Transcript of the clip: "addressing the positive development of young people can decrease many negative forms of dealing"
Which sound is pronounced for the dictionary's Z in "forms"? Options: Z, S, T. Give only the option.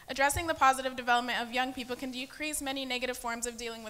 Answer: Z